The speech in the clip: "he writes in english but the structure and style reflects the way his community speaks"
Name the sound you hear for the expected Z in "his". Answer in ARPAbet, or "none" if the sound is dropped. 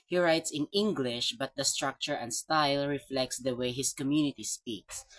S